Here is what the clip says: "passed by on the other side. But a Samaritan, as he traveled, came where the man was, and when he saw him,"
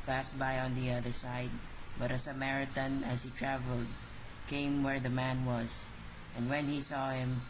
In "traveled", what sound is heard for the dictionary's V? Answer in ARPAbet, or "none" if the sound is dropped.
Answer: V